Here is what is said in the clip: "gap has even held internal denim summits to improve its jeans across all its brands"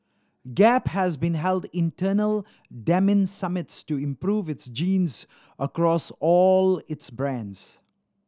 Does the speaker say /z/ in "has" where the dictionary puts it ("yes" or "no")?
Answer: yes